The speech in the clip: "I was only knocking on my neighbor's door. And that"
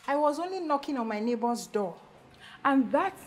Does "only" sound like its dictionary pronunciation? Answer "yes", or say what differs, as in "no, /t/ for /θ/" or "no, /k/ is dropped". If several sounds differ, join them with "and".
yes